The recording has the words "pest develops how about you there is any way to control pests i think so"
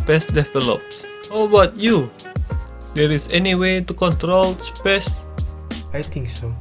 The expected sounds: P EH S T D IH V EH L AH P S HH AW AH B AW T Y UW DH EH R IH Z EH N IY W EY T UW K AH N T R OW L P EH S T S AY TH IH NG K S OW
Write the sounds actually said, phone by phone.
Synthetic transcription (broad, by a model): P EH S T D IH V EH L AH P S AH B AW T Y UW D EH R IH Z EH N IY W EY T UW K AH N T R OW L P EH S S AY T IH NG K S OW